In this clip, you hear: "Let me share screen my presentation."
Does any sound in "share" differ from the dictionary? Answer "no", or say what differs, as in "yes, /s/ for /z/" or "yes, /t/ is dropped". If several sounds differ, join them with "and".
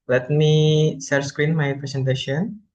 yes, /s/ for /ʃ/